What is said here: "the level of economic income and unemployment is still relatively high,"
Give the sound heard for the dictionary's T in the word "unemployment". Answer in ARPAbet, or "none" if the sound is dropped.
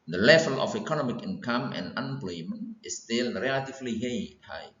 none